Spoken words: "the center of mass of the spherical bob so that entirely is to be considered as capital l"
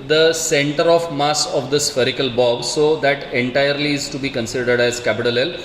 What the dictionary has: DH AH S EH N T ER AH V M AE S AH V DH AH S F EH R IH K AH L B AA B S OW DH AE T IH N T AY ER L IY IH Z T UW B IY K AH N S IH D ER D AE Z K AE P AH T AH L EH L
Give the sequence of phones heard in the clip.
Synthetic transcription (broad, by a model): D AH S EH N T ER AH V M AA S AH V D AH S F EH R IH K AH L B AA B S OW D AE T IH N T AY ER L IY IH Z T UW B IY K AH N S IH D ER D AE Z K AE P AH T AH L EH L